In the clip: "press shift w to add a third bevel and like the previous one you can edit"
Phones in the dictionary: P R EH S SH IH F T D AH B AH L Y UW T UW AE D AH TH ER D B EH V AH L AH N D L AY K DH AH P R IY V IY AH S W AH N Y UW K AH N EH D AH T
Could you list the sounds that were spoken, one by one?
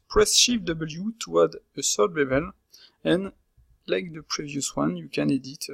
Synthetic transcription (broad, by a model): P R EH S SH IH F D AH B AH L Y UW T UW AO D AH S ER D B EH B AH L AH N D L AY K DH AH P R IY V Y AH S W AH N Y UW K AH N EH D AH T